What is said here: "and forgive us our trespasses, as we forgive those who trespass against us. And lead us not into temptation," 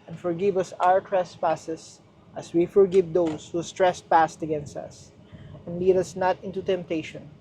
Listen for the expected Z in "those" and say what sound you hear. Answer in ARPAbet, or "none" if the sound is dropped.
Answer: S